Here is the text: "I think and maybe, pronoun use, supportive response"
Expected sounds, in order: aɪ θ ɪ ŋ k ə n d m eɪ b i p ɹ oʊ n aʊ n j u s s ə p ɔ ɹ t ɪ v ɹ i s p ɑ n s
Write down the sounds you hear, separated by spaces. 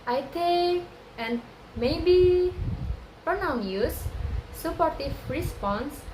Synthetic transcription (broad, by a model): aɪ t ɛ k ə n d m eɪ b i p ɹ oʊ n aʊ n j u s s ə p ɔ ɹ t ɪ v ɹ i s p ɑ n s